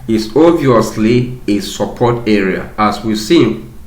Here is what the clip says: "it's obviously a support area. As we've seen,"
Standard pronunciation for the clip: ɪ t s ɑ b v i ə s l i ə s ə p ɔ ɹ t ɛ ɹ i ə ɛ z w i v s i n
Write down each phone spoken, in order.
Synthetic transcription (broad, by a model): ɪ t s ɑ v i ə s l i ə s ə p ɔ t ɛ ɹ i ə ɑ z w i s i